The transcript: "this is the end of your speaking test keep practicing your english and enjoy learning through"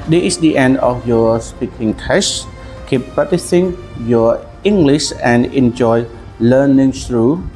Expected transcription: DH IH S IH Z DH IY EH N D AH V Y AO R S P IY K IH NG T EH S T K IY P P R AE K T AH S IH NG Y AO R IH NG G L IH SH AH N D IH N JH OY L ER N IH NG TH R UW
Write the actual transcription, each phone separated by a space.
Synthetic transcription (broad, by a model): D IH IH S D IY EH N D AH F Y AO S P IY K IH NG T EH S K IY P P AA T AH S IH NG Y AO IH NG G L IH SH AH N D IH N JH OY L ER N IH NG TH R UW